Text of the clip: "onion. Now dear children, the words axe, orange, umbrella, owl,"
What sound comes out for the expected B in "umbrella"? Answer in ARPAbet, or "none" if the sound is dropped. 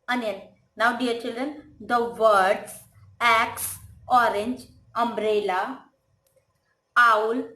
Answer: B